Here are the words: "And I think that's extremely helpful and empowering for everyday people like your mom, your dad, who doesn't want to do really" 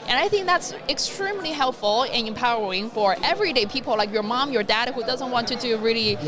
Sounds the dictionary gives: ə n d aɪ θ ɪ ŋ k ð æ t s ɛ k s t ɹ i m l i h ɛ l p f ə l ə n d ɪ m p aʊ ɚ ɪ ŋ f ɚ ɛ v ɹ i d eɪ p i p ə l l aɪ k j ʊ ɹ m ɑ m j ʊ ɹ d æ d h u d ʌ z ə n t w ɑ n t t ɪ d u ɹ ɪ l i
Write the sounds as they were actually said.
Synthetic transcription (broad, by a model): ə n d aɪ θ ɪ ŋ k ð æ t s ɛ k s t ɹ i m l i h ɛ l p f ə l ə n ɪ m p aʊ ɚ ɪ ŋ f ɚ ɛ v ɹ i d eɪ p i p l l aɪ k j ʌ ɹ m ɑ m j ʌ ɹ d æ d h u d ʌ z ə n t w ɑ n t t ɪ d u ɹ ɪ l i